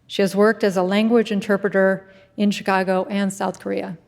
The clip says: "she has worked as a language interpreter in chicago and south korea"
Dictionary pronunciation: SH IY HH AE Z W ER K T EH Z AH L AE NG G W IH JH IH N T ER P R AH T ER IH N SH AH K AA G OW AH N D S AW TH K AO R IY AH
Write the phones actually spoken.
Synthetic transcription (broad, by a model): SH IY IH Z W ER K T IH Z AH L AE NG G W IH JH IH N T ER P R AH T ER IH N SH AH K AA G OW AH N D S AW TH K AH R IY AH